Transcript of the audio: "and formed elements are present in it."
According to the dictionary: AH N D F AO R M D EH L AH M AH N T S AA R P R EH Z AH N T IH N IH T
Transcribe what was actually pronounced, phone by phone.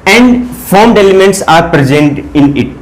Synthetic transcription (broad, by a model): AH N D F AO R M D EH L AH M AH N T S AA R P R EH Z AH N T IH N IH T